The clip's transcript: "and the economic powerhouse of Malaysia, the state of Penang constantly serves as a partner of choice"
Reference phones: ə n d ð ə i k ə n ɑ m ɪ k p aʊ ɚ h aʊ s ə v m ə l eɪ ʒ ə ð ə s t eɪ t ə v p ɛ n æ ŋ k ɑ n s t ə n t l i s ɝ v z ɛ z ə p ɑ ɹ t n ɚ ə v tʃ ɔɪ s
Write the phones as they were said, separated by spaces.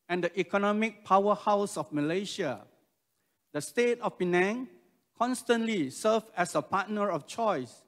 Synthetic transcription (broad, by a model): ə n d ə i k ə n ɑ m ɪ k p aʊ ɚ h aʊ s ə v m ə l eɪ ʃ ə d ə s t eɪ t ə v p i n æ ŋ k ɑ n s t ə n t l i s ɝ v ɛ s ə p ɑ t n ɚ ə f tʃ ɔɪ s